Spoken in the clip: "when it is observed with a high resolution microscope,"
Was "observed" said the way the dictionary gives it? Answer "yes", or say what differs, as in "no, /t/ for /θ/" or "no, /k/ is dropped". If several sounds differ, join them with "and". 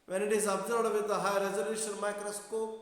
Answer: no, /v/ is dropped